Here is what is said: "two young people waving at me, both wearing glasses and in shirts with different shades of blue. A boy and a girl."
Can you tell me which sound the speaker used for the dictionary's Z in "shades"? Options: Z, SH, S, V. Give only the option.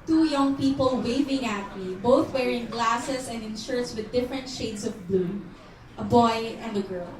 S